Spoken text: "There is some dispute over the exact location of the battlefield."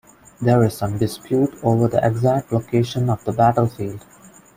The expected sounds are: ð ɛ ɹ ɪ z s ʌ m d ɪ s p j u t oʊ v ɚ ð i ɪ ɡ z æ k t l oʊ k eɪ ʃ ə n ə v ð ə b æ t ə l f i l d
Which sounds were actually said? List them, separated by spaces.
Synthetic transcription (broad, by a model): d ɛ ɹ ɪ z s ʌ m d ɪ s p j u t oʊ v ɚ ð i ɪ ɡ z æ k t l oʊ k eɪ ʃ ə n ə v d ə b æ t ə l f i l d